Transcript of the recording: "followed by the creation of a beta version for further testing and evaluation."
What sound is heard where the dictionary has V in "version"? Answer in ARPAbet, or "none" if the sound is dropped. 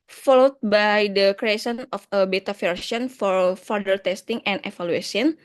F